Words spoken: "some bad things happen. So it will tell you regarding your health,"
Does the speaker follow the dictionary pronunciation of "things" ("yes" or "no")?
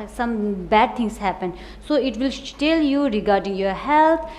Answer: no